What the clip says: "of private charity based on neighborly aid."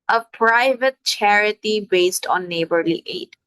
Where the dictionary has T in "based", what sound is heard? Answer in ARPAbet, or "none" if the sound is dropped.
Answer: T